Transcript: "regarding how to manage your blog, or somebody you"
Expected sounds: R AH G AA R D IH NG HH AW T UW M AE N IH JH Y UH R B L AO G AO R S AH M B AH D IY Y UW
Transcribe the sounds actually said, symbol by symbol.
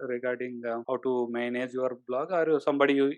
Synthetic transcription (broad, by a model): R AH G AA R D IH NG HH AW T UW M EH N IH JH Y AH R B L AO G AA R S AH M B AH D IY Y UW